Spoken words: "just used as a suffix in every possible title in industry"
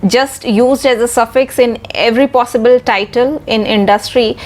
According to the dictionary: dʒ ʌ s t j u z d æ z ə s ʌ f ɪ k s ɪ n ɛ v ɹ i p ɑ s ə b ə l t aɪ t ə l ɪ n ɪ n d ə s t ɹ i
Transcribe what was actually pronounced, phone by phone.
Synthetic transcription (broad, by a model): dʒ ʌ s t j u z d æ z ə s ʌ f ɪ k s ɪ n ɛ v ɹ i p ɑ s ə b ə l t aɪ t ə l ɪ n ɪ n d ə s t ɹ i